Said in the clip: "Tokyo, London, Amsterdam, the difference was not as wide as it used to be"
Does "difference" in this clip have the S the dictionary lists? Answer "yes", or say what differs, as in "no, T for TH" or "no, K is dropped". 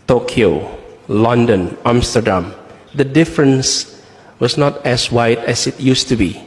yes